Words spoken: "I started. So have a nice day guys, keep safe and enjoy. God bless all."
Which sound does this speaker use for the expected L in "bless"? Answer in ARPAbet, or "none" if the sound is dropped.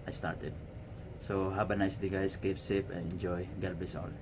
none